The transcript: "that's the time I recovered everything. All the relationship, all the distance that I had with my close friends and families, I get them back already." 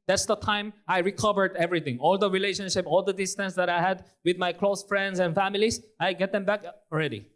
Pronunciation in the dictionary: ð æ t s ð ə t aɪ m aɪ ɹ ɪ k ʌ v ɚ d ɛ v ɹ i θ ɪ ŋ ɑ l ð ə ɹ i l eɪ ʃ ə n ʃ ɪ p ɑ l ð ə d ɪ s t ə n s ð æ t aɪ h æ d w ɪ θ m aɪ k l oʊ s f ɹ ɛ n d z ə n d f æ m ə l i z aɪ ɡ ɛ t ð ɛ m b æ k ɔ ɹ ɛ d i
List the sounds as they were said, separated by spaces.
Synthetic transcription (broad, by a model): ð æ t s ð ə t aɪ m aɪ ɹ ɪ k ʌ v ɚ d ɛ v ɹ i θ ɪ ŋ ɑ l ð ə ɹ i l eɪ ʃ ə n ʃ ɪ p ɑ l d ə d ɪ s t ə n s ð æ t aɪ h æ d w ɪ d m aɪ k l oʊ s f ɹ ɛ n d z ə n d f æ m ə l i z aɪ ɡ ɛ t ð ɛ m b æ k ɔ ɹ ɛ d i